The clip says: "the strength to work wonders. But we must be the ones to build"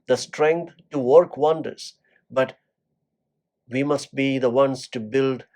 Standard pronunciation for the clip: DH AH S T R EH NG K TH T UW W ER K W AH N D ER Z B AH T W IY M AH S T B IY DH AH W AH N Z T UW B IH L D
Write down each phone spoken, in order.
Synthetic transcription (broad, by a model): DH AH S T R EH NG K T T UW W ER K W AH N D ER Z B AH T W IY M AH S T B IY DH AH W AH N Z T UW B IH L D